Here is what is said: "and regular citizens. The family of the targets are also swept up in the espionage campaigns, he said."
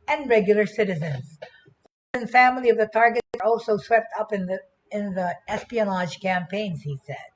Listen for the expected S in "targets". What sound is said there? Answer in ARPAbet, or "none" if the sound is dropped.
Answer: none